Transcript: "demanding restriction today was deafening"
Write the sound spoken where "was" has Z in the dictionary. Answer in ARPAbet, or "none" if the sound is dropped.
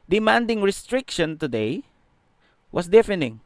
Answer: S